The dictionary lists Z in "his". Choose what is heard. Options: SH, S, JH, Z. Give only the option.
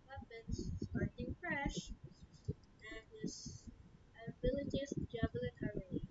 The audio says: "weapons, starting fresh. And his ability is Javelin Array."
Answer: S